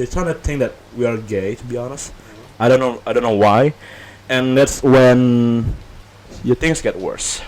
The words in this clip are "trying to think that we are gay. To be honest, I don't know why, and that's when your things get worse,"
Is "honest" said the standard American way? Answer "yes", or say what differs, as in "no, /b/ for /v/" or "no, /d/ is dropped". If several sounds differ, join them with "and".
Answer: yes